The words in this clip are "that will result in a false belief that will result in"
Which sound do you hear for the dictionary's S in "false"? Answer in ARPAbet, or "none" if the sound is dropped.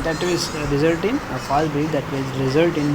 none